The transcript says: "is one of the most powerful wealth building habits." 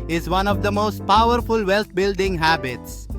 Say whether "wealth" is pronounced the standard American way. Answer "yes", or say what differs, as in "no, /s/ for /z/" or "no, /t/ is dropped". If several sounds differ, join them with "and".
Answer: no, /t/ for /θ/